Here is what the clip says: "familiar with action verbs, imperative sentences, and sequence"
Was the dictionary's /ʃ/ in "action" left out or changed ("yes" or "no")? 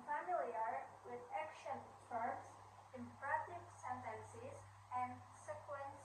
no